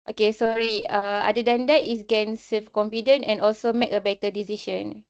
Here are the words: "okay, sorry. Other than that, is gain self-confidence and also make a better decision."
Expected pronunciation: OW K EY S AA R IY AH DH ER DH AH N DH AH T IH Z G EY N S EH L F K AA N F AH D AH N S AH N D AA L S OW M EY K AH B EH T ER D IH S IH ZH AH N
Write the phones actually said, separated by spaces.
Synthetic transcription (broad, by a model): OW K EY S AA R IY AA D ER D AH N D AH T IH S G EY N S EH L F K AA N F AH D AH N AH N AA L S OW M EY K AH B EH T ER D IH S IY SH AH N